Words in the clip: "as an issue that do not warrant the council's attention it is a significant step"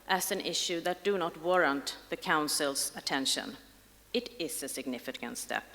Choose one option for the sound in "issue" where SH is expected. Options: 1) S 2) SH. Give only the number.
2